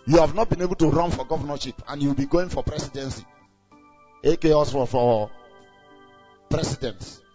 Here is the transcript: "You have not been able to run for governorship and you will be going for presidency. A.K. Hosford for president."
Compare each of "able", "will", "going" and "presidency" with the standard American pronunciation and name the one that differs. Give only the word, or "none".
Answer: presidency